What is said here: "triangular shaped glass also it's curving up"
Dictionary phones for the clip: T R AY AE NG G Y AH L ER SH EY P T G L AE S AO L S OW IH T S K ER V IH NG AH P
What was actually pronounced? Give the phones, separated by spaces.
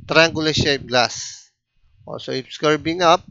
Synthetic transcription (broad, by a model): T R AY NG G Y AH L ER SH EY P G L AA S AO S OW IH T S K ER B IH NG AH P